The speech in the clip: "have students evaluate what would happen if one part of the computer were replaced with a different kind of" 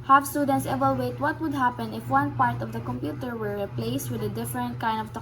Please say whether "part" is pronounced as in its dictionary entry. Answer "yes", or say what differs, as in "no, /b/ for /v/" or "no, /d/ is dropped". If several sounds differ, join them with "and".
yes